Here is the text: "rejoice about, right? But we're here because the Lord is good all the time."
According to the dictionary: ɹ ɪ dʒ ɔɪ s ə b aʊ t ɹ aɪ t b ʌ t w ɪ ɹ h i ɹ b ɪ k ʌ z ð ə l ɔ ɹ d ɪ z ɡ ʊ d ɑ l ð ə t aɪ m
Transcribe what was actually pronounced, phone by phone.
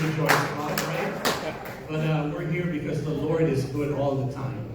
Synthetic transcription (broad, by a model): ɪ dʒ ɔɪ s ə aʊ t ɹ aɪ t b ʌ t w ɪ ɹ h i ɹ b ɪ k ʌ z ð ə l ɔ ɹ d ɪ z ɡ ʊ d ɑ l ð ə t aɪ m